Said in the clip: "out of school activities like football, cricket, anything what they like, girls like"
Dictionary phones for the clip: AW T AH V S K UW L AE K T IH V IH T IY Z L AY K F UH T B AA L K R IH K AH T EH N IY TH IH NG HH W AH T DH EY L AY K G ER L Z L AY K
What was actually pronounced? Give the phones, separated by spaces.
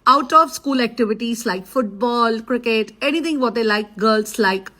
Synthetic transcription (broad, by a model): AW T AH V S K UW L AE K T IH V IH T IY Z L AY K F UH T B AA L K R IH K AH T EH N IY T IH NG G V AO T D EY L AY K G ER L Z L AY K